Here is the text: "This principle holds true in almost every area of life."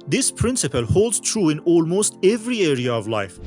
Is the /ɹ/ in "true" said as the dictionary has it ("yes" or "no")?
yes